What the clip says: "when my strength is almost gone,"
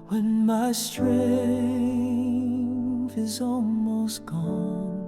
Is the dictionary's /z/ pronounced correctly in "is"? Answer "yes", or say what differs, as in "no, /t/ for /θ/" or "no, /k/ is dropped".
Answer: yes